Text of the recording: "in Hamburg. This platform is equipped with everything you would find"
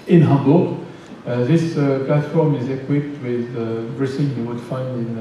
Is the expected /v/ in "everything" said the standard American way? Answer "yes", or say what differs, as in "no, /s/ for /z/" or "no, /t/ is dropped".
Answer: no, /b/ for /v/